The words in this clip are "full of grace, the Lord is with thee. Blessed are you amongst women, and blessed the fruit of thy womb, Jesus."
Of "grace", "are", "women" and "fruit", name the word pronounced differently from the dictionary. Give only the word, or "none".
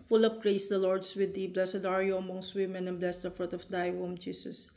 none